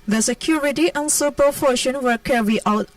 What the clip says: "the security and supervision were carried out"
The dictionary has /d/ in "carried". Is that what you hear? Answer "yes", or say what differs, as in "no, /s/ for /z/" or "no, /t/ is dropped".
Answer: no, /d/ is dropped